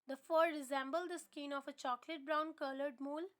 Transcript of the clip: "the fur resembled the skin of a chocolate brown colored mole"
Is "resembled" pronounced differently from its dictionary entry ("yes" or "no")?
no